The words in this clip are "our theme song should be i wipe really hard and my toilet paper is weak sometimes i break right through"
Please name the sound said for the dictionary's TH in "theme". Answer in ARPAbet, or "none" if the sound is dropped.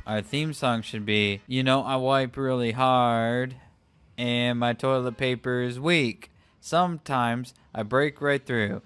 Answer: TH